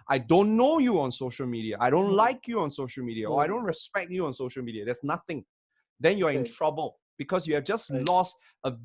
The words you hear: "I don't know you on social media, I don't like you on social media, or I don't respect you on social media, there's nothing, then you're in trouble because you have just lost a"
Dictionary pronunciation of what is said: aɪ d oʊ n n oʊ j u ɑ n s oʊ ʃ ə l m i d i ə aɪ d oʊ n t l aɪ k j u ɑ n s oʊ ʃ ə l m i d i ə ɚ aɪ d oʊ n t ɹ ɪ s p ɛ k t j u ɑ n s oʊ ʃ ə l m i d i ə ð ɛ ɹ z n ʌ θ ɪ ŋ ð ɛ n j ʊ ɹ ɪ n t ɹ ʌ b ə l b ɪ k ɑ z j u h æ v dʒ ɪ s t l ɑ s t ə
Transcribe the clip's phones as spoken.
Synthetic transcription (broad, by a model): aɪ d oʊ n n oʊ j u ɑ n s oʊ ʃ ə l m i d i ə aɪ d oʊ n t l aɪ k j u ɑ n s oʊ ʃ ə l m i d i ə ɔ aɪ d oʊ n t ɹ ɪ s p ɛ k t j u ɑ n s oʊ ʃ ə l m i d i ə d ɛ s n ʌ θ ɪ ŋ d ɛ n j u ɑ ɪ n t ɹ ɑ b ə l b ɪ k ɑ s j u h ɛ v dʒ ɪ s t l ɑ s t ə